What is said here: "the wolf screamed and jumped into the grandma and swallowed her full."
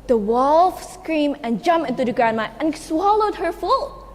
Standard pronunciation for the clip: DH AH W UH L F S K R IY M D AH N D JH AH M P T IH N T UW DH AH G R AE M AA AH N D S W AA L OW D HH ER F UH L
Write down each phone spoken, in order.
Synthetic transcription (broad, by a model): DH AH W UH L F S K R IY M AH N JH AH M P IH N T UW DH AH G R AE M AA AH N S W AA L OW D HH ER F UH L